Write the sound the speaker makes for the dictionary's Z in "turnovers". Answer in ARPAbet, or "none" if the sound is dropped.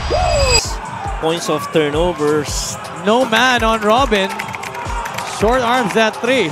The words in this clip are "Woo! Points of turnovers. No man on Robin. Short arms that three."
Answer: S